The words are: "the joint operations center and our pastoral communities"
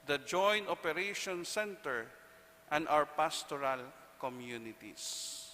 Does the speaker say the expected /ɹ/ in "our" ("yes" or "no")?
no